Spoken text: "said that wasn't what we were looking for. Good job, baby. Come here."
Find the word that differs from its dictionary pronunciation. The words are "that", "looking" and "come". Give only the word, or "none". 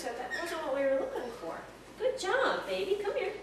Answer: none